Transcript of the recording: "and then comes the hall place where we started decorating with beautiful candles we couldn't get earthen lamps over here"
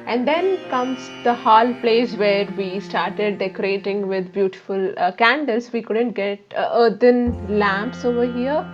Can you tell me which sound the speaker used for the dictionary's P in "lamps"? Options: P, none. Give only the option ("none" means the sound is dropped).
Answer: P